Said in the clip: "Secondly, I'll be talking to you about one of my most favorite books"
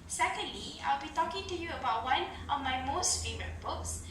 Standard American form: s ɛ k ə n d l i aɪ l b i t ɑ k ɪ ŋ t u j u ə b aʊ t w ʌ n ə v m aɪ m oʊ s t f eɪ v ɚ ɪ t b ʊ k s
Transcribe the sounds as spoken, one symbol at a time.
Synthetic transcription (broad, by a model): s ɛ k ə n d l i aɪ l b i t ɑ k ɪ ŋ t u j u ə b aʊ t w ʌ n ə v m aɪ m oʊ s t f eɪ v ɚ ɪ t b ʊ k s